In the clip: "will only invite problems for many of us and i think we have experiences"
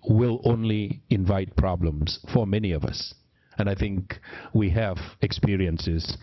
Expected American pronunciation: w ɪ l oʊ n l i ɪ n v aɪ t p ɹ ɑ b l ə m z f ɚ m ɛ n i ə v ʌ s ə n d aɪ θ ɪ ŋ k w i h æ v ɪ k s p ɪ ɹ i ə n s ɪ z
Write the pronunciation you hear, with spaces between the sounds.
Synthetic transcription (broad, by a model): w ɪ l oʊ n l i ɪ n v aɪ t p ɹ ɑ b l ə m z f ɚ m ɛ n i ə v ʌ s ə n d aɪ θ ɪ ŋ k w i h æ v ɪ k s p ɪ ɹ i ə n s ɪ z